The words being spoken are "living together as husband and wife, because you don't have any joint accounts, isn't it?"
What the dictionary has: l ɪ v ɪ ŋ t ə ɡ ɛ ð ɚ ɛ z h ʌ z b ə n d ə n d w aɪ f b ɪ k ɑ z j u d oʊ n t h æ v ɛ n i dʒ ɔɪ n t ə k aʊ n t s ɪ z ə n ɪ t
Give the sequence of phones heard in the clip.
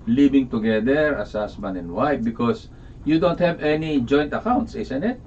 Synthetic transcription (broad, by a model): l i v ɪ ŋ t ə ɡ ɛ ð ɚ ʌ s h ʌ s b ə n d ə n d w aɪ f b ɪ k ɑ s j u d oʊ n t h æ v ɛ n i dʒ ɔɪ n t ə k aʊ n t s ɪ s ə n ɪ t